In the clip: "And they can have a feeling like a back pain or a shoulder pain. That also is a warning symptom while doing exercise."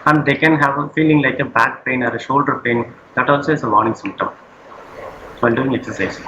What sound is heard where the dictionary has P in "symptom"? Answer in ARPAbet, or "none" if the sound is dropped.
P